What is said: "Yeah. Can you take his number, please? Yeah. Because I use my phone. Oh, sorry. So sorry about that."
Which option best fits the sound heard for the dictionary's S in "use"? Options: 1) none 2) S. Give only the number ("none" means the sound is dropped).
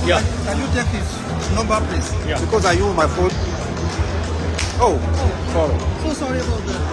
1